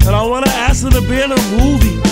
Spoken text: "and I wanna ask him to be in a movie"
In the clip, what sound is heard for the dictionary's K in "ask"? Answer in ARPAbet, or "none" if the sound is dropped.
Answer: none